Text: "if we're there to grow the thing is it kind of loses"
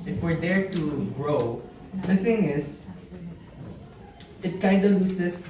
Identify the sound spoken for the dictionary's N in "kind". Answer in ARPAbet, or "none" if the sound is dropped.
none